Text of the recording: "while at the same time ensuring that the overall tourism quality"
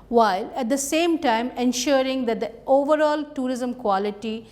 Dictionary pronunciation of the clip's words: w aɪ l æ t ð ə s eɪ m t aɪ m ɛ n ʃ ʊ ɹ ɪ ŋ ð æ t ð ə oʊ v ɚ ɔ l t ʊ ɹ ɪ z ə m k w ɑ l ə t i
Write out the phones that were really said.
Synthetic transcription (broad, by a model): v aɪ l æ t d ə s eɪ m t aɪ m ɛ n ʃ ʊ ɹ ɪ ŋ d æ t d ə oʊ v ɚ ɔ l t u ɹ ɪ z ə m k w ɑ l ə t i